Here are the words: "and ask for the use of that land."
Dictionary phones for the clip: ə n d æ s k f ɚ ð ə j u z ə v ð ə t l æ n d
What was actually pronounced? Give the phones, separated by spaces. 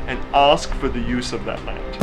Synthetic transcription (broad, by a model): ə n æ s k f ɚ ð ə j u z ə v ð ə t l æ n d